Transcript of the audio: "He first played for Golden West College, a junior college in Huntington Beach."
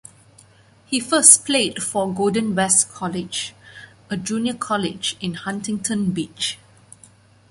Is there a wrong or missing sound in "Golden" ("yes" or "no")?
yes